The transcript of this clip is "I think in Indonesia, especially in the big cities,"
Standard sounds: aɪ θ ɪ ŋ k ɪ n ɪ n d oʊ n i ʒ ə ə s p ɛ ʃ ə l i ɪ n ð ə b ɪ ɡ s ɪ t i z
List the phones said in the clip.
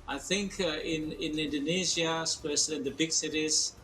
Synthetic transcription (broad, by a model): aɪ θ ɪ ŋ k ɪ n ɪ n d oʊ n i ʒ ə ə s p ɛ s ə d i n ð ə b ɪ ɡ s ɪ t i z